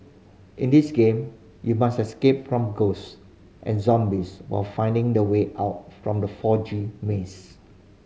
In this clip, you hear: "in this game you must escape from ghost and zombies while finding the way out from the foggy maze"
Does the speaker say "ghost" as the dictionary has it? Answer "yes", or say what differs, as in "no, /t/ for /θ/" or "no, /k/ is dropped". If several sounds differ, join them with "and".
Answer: yes